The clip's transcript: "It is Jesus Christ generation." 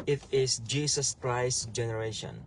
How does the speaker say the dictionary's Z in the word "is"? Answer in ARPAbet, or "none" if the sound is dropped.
S